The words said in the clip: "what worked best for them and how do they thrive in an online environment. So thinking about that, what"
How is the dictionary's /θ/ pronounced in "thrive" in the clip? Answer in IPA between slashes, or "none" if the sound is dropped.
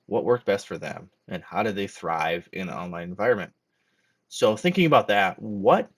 /θ/